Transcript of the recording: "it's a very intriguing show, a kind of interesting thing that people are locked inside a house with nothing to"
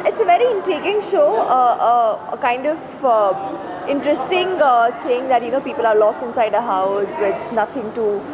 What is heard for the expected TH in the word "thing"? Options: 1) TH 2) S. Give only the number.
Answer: 2